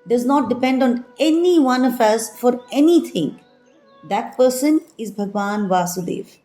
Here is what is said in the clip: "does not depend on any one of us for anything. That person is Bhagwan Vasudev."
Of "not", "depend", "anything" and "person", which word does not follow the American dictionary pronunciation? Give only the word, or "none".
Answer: anything